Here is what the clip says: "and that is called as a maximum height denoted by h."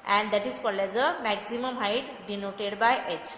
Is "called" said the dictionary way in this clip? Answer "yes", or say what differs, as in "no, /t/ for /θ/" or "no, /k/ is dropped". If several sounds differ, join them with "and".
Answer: no, /d/ is dropped